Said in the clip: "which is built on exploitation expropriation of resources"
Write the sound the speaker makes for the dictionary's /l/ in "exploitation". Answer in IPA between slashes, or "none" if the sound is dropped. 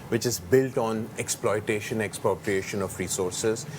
/l/